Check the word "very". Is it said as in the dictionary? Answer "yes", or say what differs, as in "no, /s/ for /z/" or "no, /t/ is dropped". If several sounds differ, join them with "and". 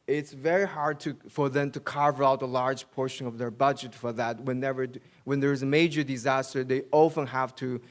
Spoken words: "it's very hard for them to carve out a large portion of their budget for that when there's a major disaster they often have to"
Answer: yes